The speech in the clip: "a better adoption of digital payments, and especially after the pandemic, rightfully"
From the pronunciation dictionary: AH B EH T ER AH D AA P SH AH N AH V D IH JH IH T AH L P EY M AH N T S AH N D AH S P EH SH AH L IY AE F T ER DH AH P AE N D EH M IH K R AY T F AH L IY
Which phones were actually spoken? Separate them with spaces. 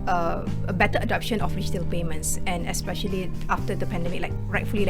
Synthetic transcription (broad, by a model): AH B EH T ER AH D AA P SH AH N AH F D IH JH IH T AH L P EY M AH N T S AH N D AH S P EH SH AH L IY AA F T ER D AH P AE N D EH M IH K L AY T F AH L IY